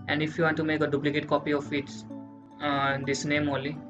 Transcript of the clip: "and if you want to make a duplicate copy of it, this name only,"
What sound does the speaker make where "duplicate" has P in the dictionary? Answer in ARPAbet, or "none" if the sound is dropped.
P